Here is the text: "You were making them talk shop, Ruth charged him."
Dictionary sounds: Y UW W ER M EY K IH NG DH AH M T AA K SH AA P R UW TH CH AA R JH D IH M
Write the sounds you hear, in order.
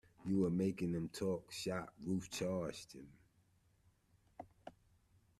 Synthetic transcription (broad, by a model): Y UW W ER M EY K IH NG DH AH M T AA K SH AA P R UW F CH AA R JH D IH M